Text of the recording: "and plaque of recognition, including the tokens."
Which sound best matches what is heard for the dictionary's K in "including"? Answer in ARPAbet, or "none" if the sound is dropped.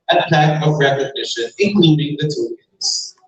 none